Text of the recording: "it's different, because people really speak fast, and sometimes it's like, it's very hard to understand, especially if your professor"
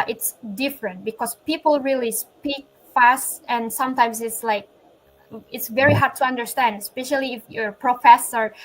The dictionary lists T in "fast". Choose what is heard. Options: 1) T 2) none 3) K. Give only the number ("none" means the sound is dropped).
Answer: 1